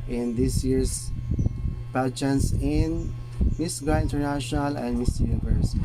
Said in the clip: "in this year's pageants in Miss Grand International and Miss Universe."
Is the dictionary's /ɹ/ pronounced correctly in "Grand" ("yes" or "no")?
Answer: no